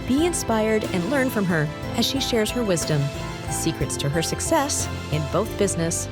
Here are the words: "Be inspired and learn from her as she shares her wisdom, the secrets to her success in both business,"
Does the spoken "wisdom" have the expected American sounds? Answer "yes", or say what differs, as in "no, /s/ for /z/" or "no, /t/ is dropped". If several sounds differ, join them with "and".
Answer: yes